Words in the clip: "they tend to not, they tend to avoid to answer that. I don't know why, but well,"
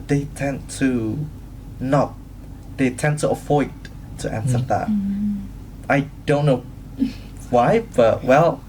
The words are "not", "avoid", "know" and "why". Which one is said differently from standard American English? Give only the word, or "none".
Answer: avoid